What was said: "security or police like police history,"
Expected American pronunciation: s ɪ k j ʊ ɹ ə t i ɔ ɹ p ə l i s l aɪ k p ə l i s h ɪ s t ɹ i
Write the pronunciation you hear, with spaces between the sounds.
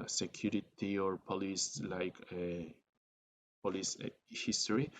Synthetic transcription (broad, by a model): s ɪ k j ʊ ɹ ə t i ɔ ɹ p ə l i s l aɪ k p ə l i s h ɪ s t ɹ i